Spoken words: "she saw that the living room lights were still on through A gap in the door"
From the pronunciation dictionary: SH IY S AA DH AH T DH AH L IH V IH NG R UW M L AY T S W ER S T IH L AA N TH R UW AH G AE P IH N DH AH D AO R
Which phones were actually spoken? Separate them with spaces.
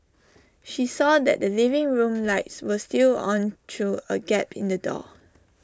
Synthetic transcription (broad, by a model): SH IY S AA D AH T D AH L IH V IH NG R UW M L AY T S W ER S T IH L AA N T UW AH G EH P IH N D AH D AO